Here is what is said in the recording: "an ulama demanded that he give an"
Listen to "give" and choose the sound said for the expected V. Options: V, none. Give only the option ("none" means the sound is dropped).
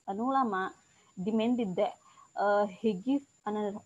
none